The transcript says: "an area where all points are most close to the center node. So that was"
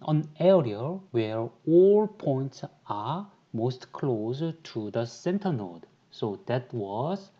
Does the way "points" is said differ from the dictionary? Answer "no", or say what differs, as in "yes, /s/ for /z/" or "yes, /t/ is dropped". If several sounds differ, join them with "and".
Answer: no